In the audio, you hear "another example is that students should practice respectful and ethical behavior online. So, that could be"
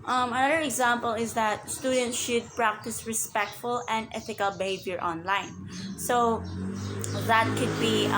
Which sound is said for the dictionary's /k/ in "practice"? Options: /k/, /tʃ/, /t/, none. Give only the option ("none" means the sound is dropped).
/k/